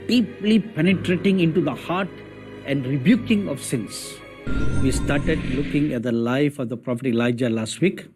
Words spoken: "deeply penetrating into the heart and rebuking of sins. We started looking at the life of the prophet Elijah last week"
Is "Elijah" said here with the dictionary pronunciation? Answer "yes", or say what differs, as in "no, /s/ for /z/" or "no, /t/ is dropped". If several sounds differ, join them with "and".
yes